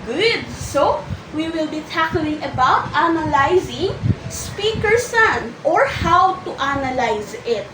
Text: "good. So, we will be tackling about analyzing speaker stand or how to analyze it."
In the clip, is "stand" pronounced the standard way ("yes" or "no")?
no